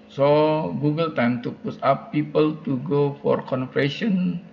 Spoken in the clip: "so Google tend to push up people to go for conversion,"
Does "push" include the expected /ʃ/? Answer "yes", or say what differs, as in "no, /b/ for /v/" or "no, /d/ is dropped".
no, /s/ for /ʃ/